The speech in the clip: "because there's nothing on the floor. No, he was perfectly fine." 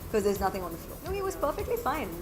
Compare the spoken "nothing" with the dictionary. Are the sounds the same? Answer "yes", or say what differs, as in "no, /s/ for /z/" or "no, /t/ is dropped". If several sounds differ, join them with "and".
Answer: yes